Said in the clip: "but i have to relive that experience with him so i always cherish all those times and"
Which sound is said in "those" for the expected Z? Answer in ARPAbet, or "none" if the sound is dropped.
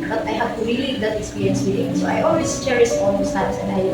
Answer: S